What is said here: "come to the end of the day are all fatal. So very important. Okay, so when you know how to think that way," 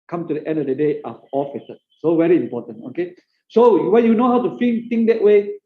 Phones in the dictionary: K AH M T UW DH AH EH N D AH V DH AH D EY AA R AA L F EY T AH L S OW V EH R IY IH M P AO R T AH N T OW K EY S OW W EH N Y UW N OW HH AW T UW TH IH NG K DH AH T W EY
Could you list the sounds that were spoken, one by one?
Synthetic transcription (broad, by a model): K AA M T UW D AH EH N D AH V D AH D EY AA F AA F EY S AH S OW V EH R IY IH M P AO T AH N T OW K EY S OW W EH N Y UW N OW HH AW T UW F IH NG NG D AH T W EY